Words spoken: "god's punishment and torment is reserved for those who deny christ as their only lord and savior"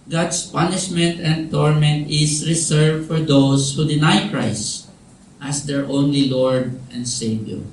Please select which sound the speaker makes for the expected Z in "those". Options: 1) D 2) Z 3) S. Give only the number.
3